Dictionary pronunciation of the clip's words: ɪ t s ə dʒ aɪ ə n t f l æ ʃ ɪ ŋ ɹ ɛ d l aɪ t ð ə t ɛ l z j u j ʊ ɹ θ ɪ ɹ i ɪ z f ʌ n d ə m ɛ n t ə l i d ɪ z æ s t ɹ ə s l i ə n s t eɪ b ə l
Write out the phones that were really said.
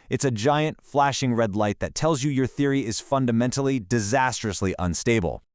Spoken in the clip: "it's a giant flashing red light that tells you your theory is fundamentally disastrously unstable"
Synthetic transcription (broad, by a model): ɪ t s ə dʒ aɪ ə n t f l æ ʃ ɪ ŋ ɹ ɛ d l aɪ t ð ə t ɛ l z j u j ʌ ɹ θ ɪ ɹ i ɪ z f ʌ n d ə m ɛ n t l i d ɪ z æ s t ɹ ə s l i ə n s t eɪ b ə l